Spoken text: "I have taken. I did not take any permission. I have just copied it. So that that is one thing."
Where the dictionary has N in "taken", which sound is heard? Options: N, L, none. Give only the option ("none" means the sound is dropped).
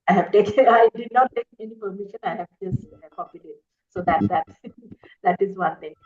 none